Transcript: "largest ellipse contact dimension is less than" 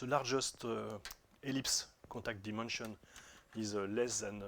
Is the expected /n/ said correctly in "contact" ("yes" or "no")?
no